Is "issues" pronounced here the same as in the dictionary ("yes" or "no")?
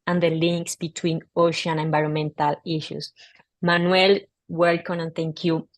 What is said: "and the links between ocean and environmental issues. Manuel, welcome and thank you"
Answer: no